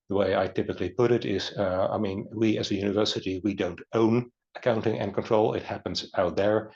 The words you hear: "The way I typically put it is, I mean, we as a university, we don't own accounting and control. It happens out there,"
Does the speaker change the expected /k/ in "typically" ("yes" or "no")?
no